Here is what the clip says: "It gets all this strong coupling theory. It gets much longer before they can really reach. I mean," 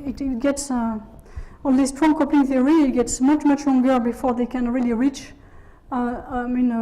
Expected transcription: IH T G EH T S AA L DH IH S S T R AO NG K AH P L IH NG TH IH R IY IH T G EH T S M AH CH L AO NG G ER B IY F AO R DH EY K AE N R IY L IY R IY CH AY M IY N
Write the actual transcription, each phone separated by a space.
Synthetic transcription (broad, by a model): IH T G EH T S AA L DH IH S S T R AO NG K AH P IH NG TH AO R IY IH T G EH T S M AH CH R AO NG G ER B IY F AO R DH EY K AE N R IY L IY R IY CH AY M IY N